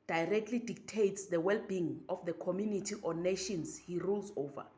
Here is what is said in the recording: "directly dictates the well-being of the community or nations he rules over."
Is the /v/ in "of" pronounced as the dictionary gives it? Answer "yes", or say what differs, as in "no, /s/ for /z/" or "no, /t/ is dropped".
no, /f/ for /v/